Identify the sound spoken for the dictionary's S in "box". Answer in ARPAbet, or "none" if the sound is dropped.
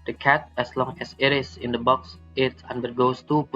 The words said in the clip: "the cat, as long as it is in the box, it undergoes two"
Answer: S